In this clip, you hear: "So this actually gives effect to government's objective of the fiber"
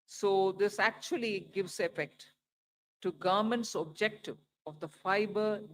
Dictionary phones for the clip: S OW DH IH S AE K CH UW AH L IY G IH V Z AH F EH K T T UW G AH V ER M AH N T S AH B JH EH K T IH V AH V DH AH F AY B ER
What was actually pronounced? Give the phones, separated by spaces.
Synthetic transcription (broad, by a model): S OW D IH S AE K CH UW AH L IY G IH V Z AH F EH K T T UW G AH M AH N T S AH B JH EH K T IH V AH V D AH F AY B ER